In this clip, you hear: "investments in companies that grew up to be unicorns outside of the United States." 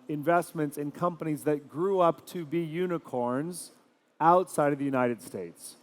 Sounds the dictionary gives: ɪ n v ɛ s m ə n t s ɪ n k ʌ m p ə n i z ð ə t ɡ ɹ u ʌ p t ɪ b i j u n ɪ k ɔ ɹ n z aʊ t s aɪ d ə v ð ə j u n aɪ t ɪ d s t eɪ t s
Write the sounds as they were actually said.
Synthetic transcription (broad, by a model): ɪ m v ɛ s m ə n t s ɪ n k ʌ m p ə n i z ð ə t ɡ ɹ u ʌ p t ɪ b i j u n ɪ k ɔ ɹ n z aʊ t s aɪ d ə v ð ə j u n aɪ t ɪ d s t eɪ t s